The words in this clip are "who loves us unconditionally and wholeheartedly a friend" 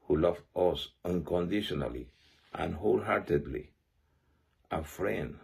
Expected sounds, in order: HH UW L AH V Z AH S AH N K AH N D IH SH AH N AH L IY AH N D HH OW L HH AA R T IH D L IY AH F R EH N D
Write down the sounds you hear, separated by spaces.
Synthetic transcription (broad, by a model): HH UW L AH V AH S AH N K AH N D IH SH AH N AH L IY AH N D HH OW L HH AA R T IH D L IY AH F R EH N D